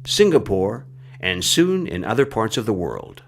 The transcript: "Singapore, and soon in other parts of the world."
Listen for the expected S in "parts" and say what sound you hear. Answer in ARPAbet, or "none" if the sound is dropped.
S